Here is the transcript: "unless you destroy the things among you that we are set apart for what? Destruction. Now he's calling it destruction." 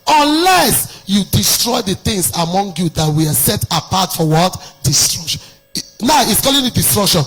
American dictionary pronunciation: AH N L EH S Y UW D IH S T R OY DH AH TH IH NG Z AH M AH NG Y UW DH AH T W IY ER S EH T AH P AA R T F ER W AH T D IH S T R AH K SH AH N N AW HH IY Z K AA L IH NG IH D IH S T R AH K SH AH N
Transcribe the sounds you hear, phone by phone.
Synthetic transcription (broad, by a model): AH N L EH S Y UW D IH S T R OY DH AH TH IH NG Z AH M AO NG Y UW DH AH T W IY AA S EH T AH P AA T F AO W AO T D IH S T R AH K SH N N AW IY S K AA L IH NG IH D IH S T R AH K SH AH N